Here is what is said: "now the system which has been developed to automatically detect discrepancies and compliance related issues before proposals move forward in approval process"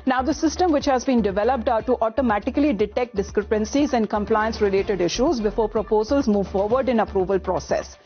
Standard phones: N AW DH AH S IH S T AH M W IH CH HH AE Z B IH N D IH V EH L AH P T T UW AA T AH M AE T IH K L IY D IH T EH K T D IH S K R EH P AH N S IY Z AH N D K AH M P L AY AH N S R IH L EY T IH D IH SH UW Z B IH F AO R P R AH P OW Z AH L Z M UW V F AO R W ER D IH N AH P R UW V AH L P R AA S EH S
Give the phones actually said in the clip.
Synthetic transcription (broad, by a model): N AW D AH S IH S T AH M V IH CH HH AE Z B IH N D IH V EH L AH P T T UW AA T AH M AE T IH K L IY D IH T EH K T D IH S K R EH P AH N S IY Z AH N D K AH M P L AY AH N S R IH L EY T IH D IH SH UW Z B IH F AO R P R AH P OW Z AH L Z M UW V F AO R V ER D IH N AH P R UW V AH L P R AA S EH S